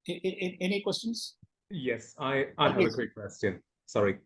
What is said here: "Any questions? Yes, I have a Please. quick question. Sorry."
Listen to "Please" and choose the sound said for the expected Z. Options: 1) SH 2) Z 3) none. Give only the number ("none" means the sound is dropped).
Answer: 3